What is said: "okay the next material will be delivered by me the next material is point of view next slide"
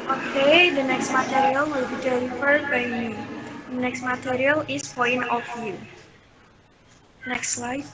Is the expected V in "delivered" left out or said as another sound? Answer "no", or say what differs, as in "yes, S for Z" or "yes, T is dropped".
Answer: yes, F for V